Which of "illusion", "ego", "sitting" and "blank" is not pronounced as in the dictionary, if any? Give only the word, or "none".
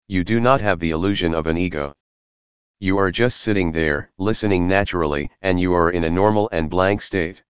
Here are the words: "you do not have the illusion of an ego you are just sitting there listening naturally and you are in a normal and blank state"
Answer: none